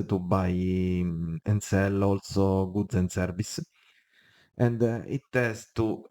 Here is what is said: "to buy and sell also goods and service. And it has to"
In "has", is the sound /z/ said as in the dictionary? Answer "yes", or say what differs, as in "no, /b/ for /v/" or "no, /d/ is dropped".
no, /s/ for /z/